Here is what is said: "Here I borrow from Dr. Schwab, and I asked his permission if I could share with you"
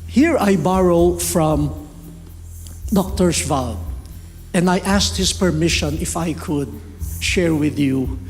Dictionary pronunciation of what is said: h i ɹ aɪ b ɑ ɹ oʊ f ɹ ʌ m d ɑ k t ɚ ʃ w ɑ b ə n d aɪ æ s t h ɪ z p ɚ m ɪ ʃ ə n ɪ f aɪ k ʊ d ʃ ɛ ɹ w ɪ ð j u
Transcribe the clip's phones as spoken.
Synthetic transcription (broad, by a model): h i ɹ aɪ b ɑ ɹ oʊ f ɹ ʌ m d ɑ k t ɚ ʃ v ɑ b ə n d aɪ æ s t h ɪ s p ɚ m ɪ ʃ ə n ɪ f aɪ k ʊ d ʃ ɛ ɹ w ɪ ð j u